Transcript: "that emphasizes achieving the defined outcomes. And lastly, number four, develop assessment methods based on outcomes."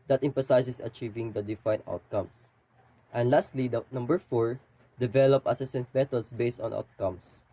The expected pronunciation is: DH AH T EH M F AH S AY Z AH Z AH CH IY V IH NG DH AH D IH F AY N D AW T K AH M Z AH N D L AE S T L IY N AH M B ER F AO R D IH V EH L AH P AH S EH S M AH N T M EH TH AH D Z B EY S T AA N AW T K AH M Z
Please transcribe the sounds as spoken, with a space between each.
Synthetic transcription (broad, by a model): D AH T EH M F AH S AY S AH S AH CH IY V IH NG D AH D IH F AY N AW T K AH M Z AH N D L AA S T L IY N AH M B ER F AO R D IH V EH L AH P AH S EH S AH N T M EH T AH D S B EY S T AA N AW T K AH M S